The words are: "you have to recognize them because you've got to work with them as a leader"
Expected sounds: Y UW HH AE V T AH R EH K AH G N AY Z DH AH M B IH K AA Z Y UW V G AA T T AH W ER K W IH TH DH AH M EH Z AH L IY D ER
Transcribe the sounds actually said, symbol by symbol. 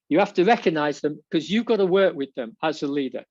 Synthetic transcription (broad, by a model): Y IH HH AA F T AH R EH K AH G N AY Z DH AH M K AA Z Y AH V G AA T T AH W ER K W IH DH AH M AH S AH L IY D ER